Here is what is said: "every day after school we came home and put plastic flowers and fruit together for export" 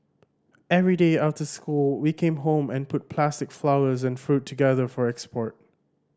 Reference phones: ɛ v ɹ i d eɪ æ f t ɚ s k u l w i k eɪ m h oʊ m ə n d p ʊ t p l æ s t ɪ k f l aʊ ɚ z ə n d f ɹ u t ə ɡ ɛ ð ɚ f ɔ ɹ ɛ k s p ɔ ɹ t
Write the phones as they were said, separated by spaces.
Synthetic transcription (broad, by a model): ɛ v ɹ i d eɪ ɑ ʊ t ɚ s k u l w i k eɪ m h oʊ m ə n p ʊ t p l æ s t ɪ k f l aʊ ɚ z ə n f ɹ u t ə ɡ ɛ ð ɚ f ɔ ɹ ɛ k s p ɔ ɹ t